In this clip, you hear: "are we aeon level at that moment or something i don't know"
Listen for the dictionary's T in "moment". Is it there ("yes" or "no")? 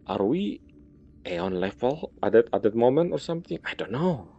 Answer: yes